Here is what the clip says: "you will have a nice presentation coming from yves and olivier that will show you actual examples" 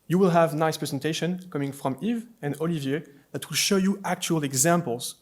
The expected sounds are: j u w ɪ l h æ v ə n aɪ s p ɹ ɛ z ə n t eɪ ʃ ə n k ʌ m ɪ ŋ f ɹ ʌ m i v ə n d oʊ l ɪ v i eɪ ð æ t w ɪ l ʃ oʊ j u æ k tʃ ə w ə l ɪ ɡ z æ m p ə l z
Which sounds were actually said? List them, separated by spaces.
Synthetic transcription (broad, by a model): j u w ɪ l h æ v n aɪ s p ɹ ɛ z ə n t eɪ ʃ ə n k ʌ m ɪ ŋ f ɹ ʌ m i v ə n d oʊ l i v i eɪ ð æ t w ɪ l ʃ oʊ j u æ k tʃ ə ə l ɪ ɡ z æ m p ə l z